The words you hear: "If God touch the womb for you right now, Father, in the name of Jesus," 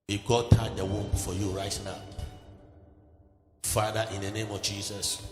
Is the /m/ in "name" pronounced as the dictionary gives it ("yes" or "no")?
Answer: yes